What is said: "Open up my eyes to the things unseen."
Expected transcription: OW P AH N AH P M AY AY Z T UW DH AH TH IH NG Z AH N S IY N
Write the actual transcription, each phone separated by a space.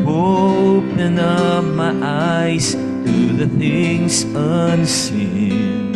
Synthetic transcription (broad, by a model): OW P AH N AH P M AY AY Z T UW DH AH TH IH NG Z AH N S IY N